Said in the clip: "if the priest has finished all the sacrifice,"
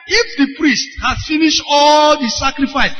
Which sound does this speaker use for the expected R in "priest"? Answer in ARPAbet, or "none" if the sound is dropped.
R